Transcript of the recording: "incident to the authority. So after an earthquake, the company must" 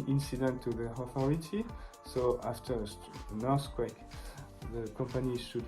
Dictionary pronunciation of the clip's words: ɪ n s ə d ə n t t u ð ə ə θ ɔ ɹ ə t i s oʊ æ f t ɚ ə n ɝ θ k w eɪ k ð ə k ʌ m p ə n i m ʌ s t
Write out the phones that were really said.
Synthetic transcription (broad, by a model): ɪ n s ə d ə n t t u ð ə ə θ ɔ ɹ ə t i s oʊ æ f t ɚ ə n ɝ s k w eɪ k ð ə k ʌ m p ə n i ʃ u